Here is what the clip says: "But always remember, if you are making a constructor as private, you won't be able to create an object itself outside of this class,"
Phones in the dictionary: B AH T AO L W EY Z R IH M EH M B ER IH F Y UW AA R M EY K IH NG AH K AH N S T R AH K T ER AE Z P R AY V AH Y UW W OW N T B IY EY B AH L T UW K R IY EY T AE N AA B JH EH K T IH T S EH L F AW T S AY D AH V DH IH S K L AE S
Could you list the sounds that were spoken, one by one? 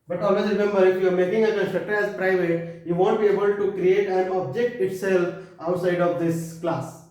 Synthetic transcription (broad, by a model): B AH T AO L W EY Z R IH M EH M B ER IH F Y UW AA R M EY K IH NG AH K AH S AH T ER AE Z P R AY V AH Y UW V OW N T B IY EY B AH L T UW K R IY EY T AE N AA B JH EH K T IH T S EH L F AW T S AY D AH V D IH S K L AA S